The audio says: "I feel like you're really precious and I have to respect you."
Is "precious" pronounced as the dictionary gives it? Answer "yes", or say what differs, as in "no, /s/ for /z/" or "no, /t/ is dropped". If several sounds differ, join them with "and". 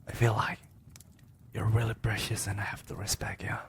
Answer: yes